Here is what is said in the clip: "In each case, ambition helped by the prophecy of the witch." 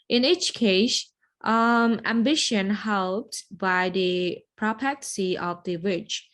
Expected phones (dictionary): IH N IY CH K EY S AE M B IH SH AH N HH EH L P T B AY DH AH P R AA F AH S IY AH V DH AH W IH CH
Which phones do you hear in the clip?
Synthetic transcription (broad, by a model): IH N IY CH K EY S AE M B IH SH AH N HH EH L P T B AY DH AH P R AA P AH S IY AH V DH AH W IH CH